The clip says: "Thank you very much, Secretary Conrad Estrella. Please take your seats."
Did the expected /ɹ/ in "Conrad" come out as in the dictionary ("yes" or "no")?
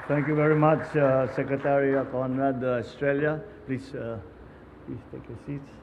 no